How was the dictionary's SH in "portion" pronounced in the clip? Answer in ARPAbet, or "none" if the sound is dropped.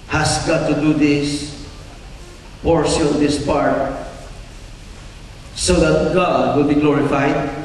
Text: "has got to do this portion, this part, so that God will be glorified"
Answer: S